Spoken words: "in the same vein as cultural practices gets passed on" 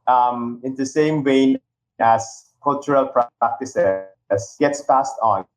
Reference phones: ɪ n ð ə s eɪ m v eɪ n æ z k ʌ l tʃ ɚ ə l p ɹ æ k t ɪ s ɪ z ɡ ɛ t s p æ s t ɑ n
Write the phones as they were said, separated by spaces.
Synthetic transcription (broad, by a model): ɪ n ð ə s eɪ m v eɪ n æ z k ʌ l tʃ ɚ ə l p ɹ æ k t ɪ s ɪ s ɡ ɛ t s p æ s t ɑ n